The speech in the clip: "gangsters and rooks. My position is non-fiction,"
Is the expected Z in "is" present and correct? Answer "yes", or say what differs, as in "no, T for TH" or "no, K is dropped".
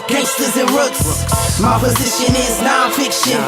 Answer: yes